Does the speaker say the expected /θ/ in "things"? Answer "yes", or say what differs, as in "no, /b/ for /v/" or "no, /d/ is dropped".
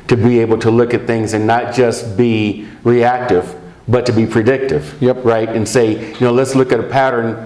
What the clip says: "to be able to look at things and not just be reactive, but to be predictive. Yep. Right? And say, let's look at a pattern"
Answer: yes